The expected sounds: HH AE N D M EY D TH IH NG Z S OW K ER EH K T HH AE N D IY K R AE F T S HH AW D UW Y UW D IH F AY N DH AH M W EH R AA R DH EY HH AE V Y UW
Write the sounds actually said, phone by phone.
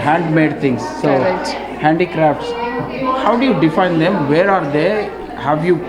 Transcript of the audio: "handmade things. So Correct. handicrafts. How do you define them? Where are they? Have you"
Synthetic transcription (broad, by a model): HH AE N D M EY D T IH NG S OW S HH AE N D IY K R AE F T S HH AW D UW Y UW D IH F AY N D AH M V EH R AA R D EY HH AE V Y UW